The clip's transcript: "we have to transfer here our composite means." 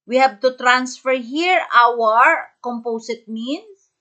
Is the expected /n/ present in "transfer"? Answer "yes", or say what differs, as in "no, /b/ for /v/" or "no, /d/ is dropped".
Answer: yes